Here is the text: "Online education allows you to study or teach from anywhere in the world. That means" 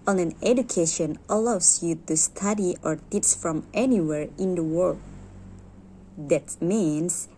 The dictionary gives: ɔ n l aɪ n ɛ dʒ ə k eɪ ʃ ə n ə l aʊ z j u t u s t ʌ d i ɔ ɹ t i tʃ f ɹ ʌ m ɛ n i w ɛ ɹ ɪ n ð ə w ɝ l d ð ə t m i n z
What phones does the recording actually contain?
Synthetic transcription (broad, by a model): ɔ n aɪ n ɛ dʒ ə k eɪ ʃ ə n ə l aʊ s j u t u s t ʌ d i ɔ ɹ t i s f ɹ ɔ m ɛ n i w ɛ ɹ ɪ n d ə w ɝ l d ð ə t m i n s